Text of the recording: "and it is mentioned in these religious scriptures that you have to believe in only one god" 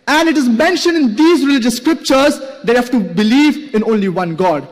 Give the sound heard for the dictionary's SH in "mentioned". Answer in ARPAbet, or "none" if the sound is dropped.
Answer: SH